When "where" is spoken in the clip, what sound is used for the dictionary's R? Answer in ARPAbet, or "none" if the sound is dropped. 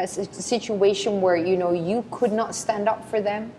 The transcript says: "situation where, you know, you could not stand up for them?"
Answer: R